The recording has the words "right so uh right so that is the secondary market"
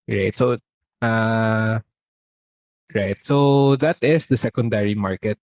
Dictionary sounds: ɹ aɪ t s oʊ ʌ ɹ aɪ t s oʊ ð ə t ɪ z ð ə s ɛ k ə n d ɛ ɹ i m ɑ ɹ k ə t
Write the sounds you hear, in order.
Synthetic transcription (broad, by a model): ɹ aɪ t s oʊ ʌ ɹ aɪ t s oʊ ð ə t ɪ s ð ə s ɛ k ə n d ɛ ɹ i m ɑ ɹ k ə t